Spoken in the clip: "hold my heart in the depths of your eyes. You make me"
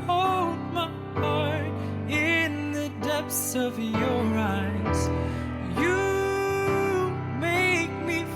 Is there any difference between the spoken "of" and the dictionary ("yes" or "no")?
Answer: no